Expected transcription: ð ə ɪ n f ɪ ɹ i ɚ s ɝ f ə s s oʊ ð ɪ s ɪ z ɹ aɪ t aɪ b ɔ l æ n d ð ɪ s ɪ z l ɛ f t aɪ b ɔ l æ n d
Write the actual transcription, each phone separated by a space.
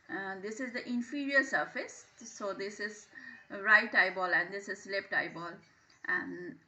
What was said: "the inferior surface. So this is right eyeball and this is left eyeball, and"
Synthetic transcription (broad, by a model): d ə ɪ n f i ɹ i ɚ s ɝ f ə s s oʊ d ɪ s ɪ z ɹ aɪ t aɪ b ɔ l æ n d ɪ s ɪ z l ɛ p t aɪ b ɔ l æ n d